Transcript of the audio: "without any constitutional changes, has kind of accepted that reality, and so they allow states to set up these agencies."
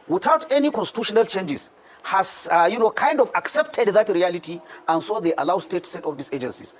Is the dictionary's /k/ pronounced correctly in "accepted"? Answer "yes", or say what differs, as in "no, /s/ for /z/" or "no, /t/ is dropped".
yes